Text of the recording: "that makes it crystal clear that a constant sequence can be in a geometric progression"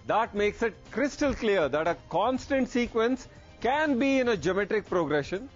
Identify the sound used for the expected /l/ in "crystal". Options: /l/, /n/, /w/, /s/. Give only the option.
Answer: /l/